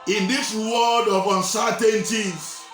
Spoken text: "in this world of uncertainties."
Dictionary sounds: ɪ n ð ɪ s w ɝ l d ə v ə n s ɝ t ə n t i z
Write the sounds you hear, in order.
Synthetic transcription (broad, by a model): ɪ n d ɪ s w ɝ d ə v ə n s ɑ t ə n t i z